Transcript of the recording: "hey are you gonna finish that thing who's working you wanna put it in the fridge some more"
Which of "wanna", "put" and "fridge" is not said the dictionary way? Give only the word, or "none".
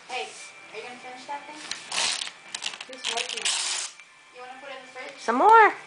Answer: fridge